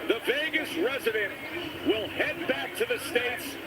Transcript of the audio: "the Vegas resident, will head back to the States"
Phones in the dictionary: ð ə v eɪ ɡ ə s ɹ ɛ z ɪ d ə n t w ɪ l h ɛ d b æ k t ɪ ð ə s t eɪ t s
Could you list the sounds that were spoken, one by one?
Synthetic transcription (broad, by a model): ð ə v eɪ ɡ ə s ɹ ɛ z ɪ d ə n t w ɪ l h ɛ d b æ k t ɪ ð ə s t eɪ t s